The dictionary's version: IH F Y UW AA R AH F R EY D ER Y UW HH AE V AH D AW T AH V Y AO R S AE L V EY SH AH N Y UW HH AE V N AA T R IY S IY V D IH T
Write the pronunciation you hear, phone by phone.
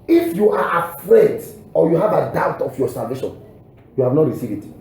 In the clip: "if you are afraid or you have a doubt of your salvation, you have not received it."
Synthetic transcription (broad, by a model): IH F Y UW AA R AH F R EY D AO Y UW HH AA V AH D AW T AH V Y AO S AE L V EY SH AH N Y UW HH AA V N AA T R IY S IY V IH T